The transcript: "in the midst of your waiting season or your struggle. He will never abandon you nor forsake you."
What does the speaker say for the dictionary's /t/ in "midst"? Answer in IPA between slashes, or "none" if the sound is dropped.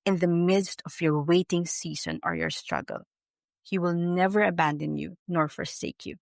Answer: /t/